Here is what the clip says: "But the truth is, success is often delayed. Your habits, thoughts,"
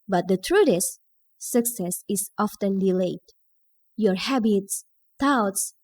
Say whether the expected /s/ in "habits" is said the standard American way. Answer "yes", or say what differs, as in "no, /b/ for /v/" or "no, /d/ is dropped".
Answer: yes